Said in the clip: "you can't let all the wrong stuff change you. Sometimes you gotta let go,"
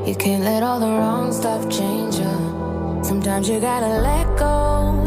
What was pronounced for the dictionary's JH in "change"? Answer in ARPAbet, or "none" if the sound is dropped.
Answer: JH